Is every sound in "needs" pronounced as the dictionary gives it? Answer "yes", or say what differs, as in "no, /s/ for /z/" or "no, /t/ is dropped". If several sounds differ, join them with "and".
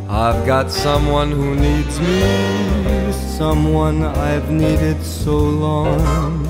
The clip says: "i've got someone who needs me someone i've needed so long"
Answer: yes